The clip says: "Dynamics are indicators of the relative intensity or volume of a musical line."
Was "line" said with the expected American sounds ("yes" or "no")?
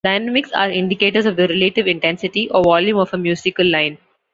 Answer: yes